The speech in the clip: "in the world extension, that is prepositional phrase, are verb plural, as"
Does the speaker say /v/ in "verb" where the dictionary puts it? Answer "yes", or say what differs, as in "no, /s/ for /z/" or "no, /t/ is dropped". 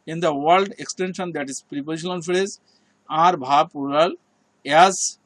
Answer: no, /b/ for /v/